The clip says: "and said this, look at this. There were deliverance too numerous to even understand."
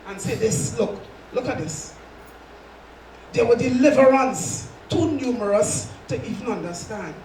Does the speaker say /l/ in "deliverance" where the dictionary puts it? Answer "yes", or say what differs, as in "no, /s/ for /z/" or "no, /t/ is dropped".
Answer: yes